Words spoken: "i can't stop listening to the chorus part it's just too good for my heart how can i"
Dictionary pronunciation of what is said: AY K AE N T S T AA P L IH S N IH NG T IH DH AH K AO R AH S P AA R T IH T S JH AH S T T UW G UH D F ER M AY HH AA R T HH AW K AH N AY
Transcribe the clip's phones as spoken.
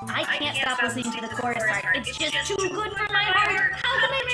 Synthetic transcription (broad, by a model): AY K AE N T S T AA P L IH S IH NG T IH DH AH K AO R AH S IH T S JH AH S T T UW G UH D F ER M AY HH AA R T HH AW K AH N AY